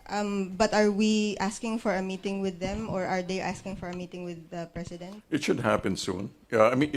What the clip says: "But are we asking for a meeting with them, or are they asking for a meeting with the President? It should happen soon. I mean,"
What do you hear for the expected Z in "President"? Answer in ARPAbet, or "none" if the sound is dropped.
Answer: S